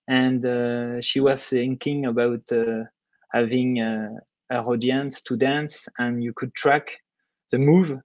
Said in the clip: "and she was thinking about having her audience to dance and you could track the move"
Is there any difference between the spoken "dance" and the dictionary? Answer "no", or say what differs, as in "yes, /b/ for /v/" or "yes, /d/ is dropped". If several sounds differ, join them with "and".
no